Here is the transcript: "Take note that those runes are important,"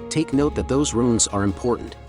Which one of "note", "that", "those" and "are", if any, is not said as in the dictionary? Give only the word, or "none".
none